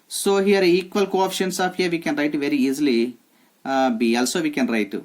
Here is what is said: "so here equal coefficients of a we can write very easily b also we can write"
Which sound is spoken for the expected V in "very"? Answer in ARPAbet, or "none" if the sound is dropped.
V